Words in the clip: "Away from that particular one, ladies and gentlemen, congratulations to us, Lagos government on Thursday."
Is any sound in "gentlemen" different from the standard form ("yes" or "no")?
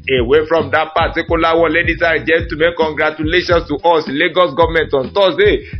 yes